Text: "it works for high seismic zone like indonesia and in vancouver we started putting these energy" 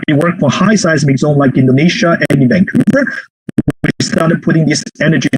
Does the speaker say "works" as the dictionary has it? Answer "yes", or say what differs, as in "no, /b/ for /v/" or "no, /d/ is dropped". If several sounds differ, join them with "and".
no, /s/ is dropped